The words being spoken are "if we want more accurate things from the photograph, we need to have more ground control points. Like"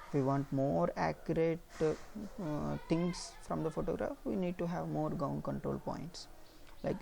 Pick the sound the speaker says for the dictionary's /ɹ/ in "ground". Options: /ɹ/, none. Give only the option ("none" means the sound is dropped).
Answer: none